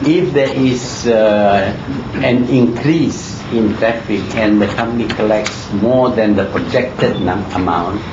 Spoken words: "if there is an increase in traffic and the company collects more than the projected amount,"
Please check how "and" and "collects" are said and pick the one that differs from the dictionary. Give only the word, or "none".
none